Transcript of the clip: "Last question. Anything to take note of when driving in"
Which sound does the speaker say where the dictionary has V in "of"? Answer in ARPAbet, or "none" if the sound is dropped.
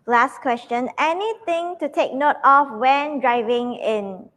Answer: F